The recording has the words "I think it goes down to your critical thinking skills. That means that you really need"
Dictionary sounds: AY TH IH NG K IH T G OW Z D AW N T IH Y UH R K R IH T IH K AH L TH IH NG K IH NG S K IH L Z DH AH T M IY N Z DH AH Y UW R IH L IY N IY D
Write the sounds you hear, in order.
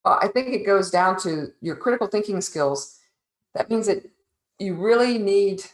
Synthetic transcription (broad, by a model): AY TH IH NG K IH T G OW Z D AW N T IH Y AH R K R IH T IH K L TH IH NG K IH NG S K IH L Z DH AH T M IY N Z DH AH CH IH R IH L IY N IY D